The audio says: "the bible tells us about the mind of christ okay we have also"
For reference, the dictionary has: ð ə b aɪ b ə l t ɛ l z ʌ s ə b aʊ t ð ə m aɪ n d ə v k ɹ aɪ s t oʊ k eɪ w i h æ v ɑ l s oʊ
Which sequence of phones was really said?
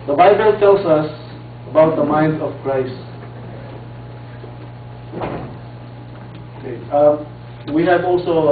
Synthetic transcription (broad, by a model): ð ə b aɪ b ə l t ɛ l s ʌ s ə b aʊ t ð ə m aɪ n d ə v k ɹ aɪ s t oʊ k eɪ w i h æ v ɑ l s oʊ